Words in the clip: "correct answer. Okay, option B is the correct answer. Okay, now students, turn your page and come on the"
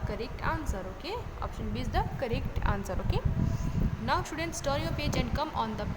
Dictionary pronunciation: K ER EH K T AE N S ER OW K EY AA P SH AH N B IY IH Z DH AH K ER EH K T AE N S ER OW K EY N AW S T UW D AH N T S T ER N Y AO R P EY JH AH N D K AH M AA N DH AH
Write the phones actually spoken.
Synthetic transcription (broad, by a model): K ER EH K T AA N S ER OW K EY AA P SH AH N B IY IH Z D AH K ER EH K T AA N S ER OW K EY N AW S T UW D AH N T S T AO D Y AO P EY JH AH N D K AH M AA N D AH